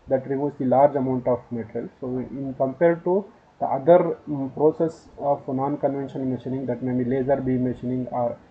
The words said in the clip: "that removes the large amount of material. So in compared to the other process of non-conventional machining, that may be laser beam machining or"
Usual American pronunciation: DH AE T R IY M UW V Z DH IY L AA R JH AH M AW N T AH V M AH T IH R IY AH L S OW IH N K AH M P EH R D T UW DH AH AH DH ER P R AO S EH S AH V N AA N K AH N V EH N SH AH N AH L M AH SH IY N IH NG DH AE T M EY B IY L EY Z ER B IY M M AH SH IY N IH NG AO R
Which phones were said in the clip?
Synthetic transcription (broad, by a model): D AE T R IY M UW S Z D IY L AA R JH AH M AW N T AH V M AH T R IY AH L S OW IH N K AH M P EH R D T UW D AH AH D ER P R AO S EH S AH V N AA N K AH N V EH N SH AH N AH N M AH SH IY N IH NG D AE T M EY B IY L EY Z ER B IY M M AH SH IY N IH NG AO R